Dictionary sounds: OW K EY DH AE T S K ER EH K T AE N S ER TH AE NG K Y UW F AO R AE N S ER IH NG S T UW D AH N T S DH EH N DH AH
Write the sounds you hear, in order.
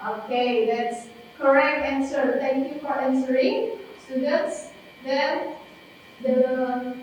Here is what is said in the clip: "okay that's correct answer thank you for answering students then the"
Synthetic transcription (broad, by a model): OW K EY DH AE T S K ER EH K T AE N S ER T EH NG K Y UW F AO R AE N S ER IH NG S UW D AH T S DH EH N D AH